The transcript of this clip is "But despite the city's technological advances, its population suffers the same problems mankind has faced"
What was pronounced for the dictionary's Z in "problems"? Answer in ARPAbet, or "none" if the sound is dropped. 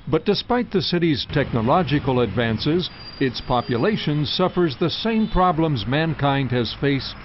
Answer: Z